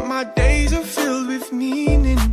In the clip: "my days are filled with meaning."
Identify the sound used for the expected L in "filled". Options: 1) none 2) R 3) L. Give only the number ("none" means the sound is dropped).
3